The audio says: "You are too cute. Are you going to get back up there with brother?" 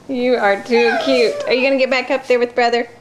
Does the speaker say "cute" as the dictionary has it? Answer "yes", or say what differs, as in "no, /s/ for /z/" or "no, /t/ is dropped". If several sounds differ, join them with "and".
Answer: yes